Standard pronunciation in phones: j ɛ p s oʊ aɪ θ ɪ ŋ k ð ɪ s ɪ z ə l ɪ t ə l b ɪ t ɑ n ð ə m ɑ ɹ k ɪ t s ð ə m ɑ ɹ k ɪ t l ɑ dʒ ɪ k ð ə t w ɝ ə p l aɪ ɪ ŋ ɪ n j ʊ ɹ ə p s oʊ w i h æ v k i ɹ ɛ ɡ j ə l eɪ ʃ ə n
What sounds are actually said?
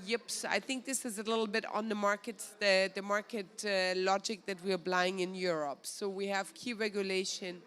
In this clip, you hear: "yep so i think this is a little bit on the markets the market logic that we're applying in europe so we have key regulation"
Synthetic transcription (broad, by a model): j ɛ p s aɪ θ ɪ ŋ k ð ɪ s ɪ z ə l ɪ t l b ɪ t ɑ n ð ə m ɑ ɹ k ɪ t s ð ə m ɑ ɹ k ɪ t l ɑ dʒ ɪ k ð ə t w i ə b l aɪ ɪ ŋ ɪ n j ʊ ɹ ə p s oʊ w i h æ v k i ɹ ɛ ɡ j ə l eɪ ʃ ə n